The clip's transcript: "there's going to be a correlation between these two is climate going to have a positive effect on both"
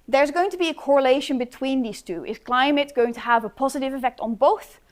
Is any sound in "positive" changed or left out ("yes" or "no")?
no